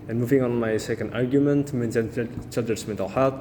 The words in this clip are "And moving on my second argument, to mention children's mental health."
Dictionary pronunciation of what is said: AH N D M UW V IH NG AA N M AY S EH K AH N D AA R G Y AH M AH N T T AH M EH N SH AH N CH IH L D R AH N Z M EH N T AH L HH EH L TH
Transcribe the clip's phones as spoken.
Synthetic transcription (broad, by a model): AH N M UW V IH NG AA N M AY S EH K AH N D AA R G Y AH M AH N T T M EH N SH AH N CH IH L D AH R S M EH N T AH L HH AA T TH